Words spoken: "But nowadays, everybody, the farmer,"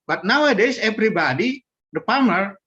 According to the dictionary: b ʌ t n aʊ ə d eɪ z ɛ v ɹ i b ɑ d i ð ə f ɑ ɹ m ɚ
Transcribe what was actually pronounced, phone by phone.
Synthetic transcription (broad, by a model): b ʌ t n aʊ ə d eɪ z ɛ p ɹ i b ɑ d i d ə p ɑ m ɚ